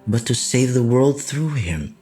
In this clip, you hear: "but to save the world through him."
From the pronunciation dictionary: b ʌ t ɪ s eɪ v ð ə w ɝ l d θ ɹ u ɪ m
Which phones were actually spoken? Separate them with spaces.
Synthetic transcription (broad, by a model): b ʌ t ɪ s eɪ v ð ə w ɝ l d θ ɹ u ɪ m